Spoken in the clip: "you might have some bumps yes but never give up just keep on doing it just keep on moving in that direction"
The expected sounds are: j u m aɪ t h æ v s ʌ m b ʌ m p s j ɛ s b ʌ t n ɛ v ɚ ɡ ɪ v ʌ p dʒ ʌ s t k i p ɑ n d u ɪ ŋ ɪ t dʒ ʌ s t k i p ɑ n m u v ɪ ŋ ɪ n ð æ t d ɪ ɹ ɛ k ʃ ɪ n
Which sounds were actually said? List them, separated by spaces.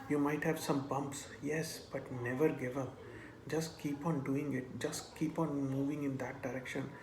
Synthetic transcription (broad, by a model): j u m aɪ t h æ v s ʌ m b ʌ m p s j ɛ s b ʌ t n ɛ v ɚ ɡ ɪ v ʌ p dʒ ʌ s t k i p ɑ n d u ɪ ŋ ɪ t dʒ ʌ s t k i p ɑ n m u v ɪ ŋ ɪ n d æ t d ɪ ɹ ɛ k ʃ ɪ n